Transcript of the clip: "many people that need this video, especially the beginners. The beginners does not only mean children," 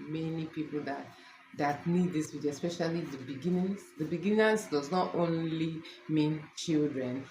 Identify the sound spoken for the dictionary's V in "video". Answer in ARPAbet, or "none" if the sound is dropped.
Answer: W